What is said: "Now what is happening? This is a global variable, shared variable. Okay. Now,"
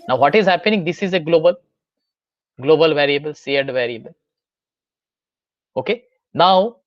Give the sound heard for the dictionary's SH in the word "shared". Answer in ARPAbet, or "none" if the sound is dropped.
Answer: S